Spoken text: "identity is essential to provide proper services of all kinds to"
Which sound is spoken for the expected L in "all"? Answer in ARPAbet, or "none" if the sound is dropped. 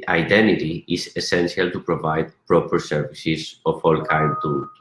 L